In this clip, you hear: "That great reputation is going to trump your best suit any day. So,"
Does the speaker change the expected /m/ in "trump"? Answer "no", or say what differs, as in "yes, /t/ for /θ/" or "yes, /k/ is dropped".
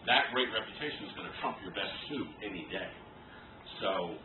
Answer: no